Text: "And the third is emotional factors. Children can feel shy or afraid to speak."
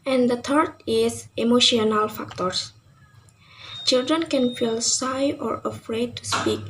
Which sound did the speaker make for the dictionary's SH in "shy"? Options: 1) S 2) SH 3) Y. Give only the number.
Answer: 1